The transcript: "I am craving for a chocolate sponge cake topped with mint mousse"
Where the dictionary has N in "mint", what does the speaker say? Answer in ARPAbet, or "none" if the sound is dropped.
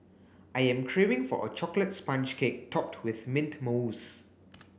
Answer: N